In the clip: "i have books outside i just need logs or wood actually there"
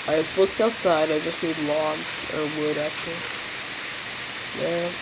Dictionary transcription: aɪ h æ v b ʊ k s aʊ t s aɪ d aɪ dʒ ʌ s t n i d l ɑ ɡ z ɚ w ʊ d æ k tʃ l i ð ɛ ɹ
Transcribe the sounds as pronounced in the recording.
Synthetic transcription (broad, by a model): aɪ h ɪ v b ʊ k s aʊ t s aɪ d aɪ dʒ ʌ s t n i d l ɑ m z ɚ w ʊ d æ k tʃ l i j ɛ